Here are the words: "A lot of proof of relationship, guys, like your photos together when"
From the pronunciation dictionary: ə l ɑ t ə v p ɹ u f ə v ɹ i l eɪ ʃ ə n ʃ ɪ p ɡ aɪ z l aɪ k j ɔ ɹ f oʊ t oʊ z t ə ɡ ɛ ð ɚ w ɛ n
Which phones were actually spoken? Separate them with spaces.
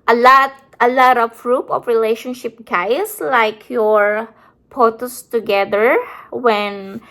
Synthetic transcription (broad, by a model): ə l ɑ t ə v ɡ ɹ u p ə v ɹ i l eɪ ʃ ə n ʃ ɪ p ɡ aɪ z l aɪ k j ɔ ɹ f oʊ t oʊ s t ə ɡ ɛ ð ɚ w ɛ n